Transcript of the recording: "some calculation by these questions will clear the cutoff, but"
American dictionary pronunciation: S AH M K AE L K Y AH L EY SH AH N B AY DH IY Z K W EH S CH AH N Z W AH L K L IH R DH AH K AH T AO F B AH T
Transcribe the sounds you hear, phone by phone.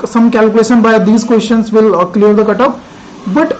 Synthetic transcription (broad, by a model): S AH M K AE L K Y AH L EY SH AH N B AY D IY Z K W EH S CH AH N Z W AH L K L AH R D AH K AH T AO P B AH T